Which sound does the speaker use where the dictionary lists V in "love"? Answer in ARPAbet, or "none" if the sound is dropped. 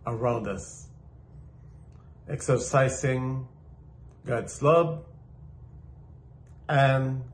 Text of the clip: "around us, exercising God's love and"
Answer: B